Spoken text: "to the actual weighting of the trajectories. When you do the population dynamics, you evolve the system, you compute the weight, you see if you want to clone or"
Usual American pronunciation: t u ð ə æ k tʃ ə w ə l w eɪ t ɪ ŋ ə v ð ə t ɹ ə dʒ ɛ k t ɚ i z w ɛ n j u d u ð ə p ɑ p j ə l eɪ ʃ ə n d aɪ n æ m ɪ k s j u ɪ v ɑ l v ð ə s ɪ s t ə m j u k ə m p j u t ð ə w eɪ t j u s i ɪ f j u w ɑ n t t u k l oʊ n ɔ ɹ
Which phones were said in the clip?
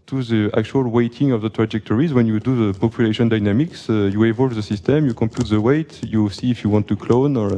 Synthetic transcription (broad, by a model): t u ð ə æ k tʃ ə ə l w eɪ t ɪ ŋ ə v ð ə t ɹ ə dʒ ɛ k t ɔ i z w ɛ n j u d u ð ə p ɑ p j ə l eɪ ʃ ə n d aɪ n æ m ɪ k s j u ɪ v ɑ l v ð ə s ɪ s t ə m j u k ə m p j u t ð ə w eɪ t j u s i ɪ f j u w ɑ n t t u k l oʊ n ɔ ɹ